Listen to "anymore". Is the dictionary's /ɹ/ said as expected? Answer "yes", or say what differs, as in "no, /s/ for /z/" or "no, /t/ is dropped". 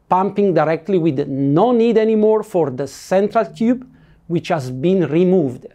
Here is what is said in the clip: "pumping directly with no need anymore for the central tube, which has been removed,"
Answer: yes